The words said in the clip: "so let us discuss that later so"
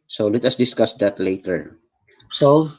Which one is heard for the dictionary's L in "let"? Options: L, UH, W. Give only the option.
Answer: L